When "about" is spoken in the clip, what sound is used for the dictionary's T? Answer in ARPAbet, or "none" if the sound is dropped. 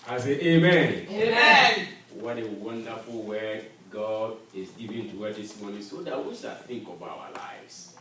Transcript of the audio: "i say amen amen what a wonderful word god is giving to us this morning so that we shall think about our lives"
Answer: none